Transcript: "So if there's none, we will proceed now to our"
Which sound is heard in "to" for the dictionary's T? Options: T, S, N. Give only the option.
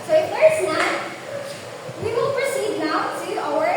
S